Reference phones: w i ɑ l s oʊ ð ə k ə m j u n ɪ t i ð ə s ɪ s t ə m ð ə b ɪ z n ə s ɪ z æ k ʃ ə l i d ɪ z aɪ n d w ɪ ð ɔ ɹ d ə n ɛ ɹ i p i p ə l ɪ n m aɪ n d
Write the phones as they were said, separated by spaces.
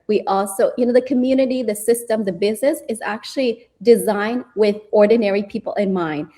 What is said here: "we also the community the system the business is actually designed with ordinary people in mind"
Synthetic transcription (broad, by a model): w i ɑ l s oʊ ð ə k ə m j u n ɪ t i ð ə s ɪ s t ə m ð ə b ɪ z n ə s ɪ z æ k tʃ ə l i d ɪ z aɪ n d w ɪ ð ɔ ɹ d n ɛ ɹ i p i p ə l ɪ n m aɪ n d